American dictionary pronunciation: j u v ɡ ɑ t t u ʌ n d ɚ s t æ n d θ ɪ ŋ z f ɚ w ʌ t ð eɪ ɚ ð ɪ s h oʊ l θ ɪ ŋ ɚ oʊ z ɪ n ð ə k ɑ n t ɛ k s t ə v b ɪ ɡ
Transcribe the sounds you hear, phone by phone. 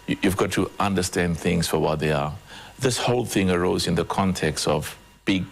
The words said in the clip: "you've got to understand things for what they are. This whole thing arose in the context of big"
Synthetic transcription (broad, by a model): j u v ɡ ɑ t t u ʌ n d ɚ s t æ n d θ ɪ ŋ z f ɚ w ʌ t ð eɪ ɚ ð ɪ s h oʊ l θ ɪ ŋ ɚ oʊ z ɪ n ð ə k ɑ n t ɛ k s t ə v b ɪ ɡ